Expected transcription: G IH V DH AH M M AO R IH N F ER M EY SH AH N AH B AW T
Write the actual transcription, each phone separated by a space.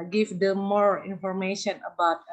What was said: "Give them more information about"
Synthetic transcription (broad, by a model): G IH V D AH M M AO R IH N F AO M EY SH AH N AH B AW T